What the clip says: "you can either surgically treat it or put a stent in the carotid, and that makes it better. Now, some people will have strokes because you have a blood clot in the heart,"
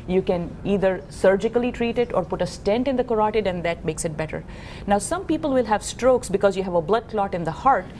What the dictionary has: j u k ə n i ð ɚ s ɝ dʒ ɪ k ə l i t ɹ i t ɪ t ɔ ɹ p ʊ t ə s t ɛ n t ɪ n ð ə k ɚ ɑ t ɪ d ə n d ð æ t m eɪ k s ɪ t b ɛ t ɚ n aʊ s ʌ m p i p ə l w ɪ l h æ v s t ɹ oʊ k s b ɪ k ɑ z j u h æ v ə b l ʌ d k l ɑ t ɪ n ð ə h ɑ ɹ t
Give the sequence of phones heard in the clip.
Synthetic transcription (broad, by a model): j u k ə n i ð ɚ s ɝ dʒ ɪ k ə l i t ɹ i t ɪ t ɔ ɹ p ʊ t ə s t ɛ n t ɪ n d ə k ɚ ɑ t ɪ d ə n d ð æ t m eɪ k s ɪ t b ɛ t ɚ n aʊ s ʌ m p i p ə l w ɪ l h æ v s t ɹ oʊ k s b ɪ k ɑ z j u h æ v ə b l ʌ d k l ɑ t ɪ n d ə h ɑ ɹ t